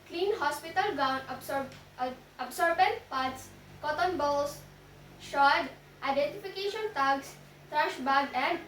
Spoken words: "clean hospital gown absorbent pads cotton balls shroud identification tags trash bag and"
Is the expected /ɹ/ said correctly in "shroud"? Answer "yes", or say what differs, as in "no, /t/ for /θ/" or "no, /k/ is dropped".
no, /ɹ/ is dropped